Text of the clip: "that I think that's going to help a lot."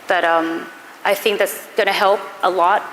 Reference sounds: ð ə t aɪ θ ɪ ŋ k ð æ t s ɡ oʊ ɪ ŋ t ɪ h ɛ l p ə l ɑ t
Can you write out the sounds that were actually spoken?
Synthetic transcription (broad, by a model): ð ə t aɪ θ ɪ ŋ k ð æ t s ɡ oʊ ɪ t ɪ h ɛ l p ə l ɑ t